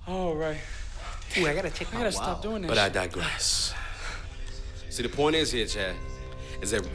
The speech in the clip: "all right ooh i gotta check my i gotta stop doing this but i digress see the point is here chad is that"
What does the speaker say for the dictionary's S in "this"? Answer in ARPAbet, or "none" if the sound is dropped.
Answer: none